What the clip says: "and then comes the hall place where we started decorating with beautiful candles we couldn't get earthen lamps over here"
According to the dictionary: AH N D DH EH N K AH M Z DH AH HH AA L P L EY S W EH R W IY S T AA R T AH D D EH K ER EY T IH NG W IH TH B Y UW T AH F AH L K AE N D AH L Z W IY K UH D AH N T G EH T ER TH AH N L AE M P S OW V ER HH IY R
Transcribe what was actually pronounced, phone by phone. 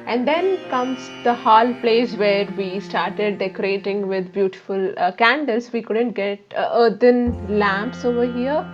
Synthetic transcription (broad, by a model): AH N D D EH N K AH M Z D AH HH AA L P L EY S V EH R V IY S T AA R T AH D D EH K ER EY T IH NG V IH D B Y UW T AH F AH L K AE N D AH L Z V IY K UH D AH N T G EH T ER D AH N L AE M P S OW V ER HH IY R